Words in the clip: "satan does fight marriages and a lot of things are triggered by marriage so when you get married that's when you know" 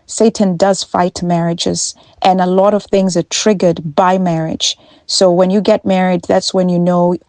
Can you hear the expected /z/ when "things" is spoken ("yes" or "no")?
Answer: yes